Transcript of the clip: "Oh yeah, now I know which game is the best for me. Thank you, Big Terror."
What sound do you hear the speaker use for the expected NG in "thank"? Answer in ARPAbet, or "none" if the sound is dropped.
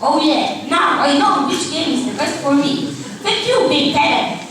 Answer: none